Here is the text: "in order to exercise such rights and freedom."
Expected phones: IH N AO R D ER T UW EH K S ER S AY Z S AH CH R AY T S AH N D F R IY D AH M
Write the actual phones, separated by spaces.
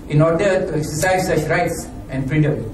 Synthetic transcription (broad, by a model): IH N AO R D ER T UW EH K S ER S AY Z S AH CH R AY T S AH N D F R IY D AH M